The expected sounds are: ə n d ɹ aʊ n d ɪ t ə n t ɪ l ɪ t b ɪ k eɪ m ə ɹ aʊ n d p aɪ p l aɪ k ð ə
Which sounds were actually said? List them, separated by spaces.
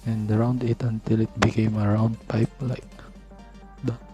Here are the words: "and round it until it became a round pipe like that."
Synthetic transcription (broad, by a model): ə n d ɹ aʊ n d ɪ t ə n t ɪ l ɪ t b ɪ k eɪ m ə ɹ aʊ n d p aɪ p l aɪ k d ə